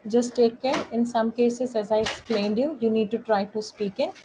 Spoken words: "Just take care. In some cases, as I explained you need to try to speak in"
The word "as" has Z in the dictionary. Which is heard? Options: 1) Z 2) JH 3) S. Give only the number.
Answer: 1